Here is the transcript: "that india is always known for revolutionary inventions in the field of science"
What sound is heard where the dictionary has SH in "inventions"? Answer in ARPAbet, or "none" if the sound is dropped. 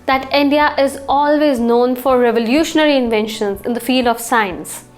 SH